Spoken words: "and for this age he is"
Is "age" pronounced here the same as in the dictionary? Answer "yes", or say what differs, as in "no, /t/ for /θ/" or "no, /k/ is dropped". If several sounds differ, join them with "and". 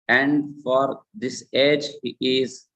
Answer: yes